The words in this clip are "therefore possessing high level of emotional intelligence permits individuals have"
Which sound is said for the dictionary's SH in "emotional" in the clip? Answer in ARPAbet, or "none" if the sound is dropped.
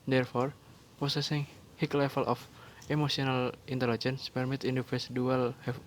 S